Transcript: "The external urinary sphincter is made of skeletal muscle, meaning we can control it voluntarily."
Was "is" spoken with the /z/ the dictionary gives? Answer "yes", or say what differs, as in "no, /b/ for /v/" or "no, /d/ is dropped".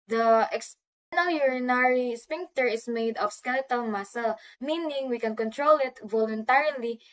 no, /s/ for /z/